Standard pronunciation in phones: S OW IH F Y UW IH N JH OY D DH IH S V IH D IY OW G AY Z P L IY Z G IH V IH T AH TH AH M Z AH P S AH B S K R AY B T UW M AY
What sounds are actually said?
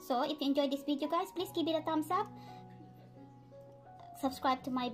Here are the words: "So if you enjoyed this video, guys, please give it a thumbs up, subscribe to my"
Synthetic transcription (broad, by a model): S OW IH F Y UW IH N JH OY D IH S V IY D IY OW G AY S P L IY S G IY B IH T AH T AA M S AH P S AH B S K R AY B T UW M AY